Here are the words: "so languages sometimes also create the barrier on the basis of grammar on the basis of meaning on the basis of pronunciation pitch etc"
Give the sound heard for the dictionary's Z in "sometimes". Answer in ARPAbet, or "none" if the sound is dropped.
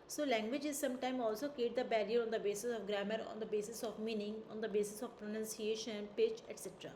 none